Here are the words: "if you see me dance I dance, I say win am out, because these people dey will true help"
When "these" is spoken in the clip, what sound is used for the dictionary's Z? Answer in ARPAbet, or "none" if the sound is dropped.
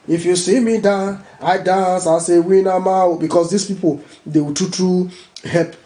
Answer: S